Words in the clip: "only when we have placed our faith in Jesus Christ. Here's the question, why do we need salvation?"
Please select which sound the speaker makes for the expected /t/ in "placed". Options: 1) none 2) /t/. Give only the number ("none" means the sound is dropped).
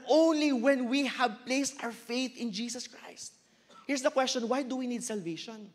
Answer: 2